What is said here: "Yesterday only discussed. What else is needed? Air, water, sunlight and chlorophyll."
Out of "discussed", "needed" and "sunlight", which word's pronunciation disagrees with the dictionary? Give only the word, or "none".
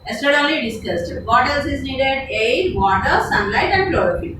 none